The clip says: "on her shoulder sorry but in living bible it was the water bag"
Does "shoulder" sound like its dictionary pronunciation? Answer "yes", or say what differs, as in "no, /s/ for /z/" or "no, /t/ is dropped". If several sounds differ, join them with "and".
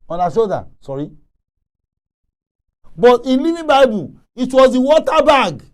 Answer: no, /l/ is dropped